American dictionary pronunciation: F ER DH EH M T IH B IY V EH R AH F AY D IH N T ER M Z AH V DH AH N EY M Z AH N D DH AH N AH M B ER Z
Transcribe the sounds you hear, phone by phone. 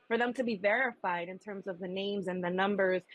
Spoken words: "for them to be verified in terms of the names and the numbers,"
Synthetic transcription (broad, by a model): F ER DH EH M T IH B IY V EH R AH F AY D IH N T ER M Z AH V DH AH N EY M Z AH N DH AH N AH M B ER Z